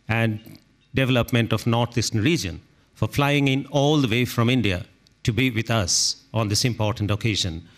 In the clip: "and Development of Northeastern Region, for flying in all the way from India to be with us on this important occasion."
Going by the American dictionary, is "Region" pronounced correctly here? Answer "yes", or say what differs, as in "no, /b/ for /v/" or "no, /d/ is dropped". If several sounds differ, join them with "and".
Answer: yes